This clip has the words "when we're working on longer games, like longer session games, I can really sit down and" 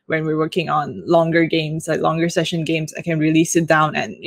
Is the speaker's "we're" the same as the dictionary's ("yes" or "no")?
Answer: yes